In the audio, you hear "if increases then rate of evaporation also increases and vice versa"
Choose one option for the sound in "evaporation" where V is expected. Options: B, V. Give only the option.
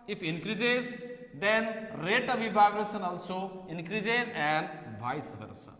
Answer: B